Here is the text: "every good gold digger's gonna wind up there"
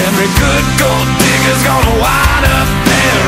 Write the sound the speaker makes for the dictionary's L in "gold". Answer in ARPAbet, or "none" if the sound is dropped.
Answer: L